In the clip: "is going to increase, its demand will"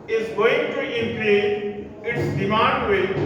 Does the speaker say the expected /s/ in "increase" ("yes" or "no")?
no